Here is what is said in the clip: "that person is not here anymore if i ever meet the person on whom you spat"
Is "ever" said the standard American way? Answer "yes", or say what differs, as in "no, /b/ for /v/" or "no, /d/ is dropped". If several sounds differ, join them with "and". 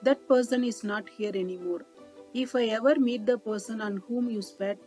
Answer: yes